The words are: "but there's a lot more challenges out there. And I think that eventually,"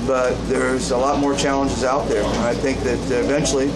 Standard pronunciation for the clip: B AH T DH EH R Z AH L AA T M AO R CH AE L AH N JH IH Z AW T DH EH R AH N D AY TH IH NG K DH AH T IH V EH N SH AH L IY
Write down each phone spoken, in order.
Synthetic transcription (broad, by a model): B AH T DH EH R Z AH L AA T M AO R CH AE L AH N JH IH Z AW T DH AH R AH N AY TH IH NG K DH AH T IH V EH N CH L IY